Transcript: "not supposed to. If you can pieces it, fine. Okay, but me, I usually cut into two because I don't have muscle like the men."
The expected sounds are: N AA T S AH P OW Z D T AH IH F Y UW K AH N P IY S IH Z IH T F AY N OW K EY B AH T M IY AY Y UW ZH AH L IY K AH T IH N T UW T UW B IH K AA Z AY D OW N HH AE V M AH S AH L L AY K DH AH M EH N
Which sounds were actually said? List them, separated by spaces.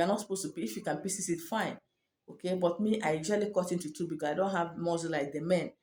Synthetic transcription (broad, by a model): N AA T S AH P OW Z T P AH IH F Y UW K AH N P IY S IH S IH T F AY N OW K EY B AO T M IY AY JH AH L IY K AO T IH N T UW T UW B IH K AA S AY D OW N HH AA V M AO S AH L L AY K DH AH M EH N